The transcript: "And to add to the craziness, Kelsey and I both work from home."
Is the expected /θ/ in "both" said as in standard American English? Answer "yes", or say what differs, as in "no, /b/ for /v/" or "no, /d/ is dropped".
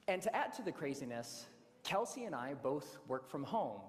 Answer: yes